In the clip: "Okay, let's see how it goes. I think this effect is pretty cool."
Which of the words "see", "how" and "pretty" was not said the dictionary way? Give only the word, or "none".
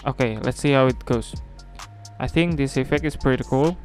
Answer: none